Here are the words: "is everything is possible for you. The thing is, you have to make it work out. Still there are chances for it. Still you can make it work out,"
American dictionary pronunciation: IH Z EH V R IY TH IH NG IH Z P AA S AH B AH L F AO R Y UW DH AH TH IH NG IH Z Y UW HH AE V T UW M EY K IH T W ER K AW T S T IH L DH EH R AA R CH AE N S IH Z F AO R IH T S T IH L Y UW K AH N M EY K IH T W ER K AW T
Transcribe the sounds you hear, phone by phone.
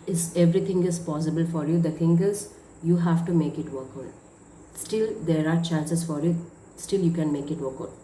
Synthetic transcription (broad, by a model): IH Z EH V R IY T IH NG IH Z P AA S AH B AH L F AO R Y UW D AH T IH NG IH Z Y UW HH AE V T UW M EY K IH T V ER K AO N S T IH L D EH R AA R CH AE N S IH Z F AO R IH T S T IH L Y UW K AH N M EY K IH T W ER K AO